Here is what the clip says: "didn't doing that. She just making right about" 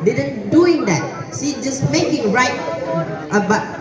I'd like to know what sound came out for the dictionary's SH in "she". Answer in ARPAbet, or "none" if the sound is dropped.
S